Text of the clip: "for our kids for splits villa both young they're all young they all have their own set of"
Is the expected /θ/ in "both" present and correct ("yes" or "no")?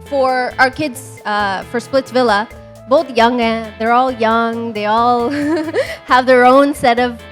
yes